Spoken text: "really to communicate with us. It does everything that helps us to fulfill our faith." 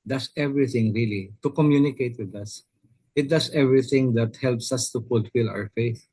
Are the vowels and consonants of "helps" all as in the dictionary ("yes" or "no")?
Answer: yes